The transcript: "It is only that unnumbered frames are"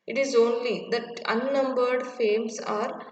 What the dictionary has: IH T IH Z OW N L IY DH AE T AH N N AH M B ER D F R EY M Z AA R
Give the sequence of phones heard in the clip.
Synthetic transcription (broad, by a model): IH T IH Z OW N L IY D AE T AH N N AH M B ER D F EY M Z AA R